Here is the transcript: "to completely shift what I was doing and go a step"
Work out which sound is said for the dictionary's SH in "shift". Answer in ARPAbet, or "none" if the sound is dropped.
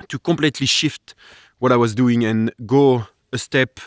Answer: SH